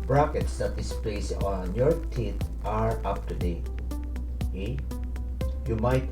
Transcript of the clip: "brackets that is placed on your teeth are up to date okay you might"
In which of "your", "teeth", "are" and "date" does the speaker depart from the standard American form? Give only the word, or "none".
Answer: teeth